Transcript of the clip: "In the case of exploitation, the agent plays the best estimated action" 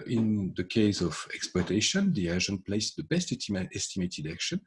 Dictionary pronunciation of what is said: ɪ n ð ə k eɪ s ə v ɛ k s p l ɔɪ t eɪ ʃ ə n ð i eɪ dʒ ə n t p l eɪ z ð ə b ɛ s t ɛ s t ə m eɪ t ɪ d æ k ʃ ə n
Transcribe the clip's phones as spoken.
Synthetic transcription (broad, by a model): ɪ n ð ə k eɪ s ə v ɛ k s p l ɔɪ t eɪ ʃ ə n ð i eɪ ʒ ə n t p l eɪ s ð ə b ɛ s t ɛ s t ə m eɪ t ɪ d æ k ʃ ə n